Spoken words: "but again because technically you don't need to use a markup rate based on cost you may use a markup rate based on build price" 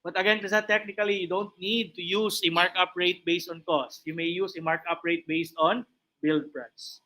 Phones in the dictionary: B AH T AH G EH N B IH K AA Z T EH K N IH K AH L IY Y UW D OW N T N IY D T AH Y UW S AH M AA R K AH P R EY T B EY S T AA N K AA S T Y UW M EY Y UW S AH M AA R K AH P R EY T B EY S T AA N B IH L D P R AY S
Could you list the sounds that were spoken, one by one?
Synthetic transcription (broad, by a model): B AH T AH G EH N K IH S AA T EH K N IH K AH L IY Y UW D OW N T N IY D T AH Y UW S AH M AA R K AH P R EY T B EY S T AA N K AA S T Y UW M EY Y UW S AH M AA R K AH P R EY T B EY S T AA N B IH L D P R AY S